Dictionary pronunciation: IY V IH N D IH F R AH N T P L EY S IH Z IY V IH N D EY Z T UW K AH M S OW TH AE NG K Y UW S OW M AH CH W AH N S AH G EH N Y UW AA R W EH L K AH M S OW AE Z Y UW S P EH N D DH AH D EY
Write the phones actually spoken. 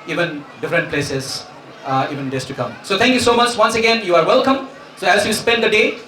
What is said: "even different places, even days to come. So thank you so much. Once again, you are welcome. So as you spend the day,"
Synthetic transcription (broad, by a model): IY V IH N D IH F R AH N T P L EY S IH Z IY V IH N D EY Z T UW K AH M S OW T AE NG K Y UW S OW M AH CH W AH N S AH G EH N Y UW AA R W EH L K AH M S OW AE Z Y UW S P EH N D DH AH D EY